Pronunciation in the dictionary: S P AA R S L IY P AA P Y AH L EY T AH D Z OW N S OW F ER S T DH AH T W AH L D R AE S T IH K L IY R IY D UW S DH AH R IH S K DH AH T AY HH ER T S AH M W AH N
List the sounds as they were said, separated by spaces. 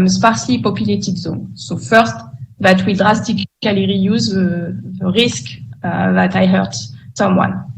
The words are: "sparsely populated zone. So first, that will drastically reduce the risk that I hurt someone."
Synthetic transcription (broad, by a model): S P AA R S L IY P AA P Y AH L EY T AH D Z OW N S OW F ER S T DH AH T W AH L D R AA S T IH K L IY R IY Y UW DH DH AH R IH S K DH AH T AY HH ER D S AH M W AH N